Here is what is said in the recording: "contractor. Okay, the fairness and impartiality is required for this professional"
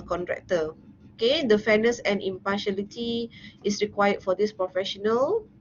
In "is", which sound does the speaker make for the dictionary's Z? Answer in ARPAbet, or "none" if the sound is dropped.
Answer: S